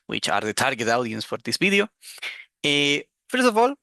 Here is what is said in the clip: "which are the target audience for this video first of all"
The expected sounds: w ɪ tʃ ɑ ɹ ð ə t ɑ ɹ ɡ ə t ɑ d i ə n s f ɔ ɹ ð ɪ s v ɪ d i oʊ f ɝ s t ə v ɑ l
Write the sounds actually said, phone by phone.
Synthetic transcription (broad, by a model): w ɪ tʃ ɑ ɹ ð ə t ɑ ɹ ɡ ə t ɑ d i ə n s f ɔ ɹ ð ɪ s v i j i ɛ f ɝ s ə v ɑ l